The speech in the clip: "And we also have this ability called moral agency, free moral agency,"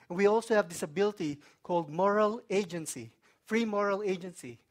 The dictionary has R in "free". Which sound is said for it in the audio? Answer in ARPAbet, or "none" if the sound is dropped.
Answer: R